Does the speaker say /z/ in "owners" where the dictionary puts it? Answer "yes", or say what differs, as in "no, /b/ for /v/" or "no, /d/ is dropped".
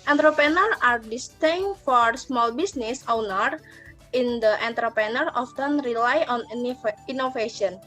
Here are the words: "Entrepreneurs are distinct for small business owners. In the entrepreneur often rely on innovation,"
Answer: no, /z/ is dropped